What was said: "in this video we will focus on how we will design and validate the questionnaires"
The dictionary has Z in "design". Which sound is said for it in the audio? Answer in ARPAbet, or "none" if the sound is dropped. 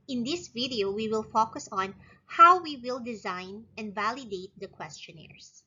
Z